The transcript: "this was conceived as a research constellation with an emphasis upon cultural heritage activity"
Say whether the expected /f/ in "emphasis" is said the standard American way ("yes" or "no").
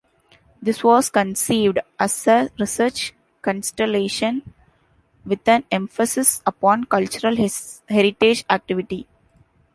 yes